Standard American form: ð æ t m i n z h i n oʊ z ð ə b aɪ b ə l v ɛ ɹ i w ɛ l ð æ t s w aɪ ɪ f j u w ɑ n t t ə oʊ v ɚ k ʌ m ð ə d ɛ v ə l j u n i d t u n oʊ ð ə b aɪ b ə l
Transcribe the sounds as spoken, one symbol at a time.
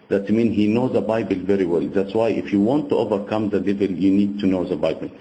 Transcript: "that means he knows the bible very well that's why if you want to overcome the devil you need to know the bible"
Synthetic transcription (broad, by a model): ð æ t m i n h i n oʊ z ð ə b aɪ b ə l v ɛ ɹ i w ɛ l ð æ t s w aɪ ɪ f j u w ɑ n t t oʊ v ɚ k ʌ m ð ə d ɛ v ə l j u n i d t u n oʊ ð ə b aɪ b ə l